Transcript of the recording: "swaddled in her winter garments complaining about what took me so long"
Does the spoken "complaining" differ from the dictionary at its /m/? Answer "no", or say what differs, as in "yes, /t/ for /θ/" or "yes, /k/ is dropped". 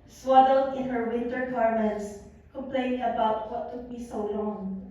yes, /m/ is dropped